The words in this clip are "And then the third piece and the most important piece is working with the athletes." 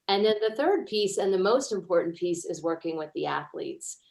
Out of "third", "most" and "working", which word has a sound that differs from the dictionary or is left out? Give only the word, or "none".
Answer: none